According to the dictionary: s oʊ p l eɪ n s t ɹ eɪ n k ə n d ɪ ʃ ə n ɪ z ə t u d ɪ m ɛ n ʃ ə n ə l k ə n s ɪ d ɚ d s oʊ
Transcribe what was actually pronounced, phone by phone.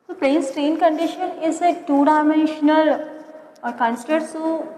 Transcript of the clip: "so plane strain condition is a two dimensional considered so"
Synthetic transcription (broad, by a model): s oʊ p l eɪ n s t ɹ eɪ n k ə n d ɪ ʃ ə n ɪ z ə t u d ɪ m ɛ n ʃ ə l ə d k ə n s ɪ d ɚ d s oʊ